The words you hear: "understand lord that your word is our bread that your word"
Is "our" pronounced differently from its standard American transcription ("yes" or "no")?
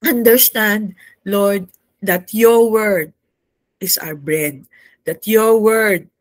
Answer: yes